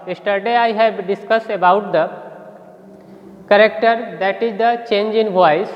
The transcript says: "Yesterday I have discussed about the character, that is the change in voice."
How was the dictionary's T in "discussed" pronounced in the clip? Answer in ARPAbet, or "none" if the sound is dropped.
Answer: none